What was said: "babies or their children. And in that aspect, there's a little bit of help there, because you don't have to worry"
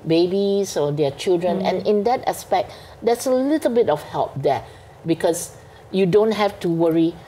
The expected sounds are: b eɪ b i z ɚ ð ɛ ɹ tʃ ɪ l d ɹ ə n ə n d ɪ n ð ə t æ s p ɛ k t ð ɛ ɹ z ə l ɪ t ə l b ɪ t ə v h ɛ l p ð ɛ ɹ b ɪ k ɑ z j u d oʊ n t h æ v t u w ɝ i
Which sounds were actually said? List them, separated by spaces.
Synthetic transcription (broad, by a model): b eɪ b i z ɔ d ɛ tʃ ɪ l d ɹ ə n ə n ɪ n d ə t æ s p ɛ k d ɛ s ə l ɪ t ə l b ɪ t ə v h ɛ l p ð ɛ b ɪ k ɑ s j u d oʊ n t h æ f t u w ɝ i